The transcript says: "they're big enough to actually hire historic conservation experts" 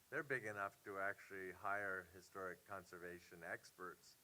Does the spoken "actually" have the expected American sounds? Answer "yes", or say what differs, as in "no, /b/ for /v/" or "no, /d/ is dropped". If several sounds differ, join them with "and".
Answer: yes